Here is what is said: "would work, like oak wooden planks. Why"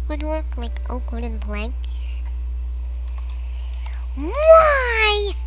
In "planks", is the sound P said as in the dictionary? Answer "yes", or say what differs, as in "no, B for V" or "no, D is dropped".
no, B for P